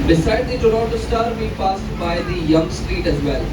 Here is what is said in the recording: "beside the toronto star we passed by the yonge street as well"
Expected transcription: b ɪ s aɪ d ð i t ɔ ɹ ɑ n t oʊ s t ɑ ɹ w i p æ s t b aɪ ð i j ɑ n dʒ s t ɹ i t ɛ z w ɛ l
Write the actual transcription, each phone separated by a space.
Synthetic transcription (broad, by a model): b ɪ s aɪ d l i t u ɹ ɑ t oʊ s t ɑ ɹ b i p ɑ s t b aɪ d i j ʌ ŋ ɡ s t ɹ i t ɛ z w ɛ l